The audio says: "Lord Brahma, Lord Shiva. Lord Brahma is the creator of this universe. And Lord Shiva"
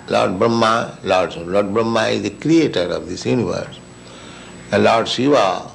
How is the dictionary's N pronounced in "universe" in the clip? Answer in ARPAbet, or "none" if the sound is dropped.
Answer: N